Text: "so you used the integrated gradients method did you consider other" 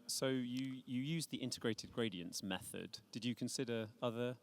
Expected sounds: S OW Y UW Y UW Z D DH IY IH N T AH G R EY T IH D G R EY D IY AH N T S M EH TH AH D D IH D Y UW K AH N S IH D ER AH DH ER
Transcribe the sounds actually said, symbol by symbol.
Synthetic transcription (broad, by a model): S OW Y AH Y UW Z DH IY IH N T AH G R EY T IH D G R EY D IY AH N T S M EH TH AH D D IH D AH K AH N S IH D ER AH DH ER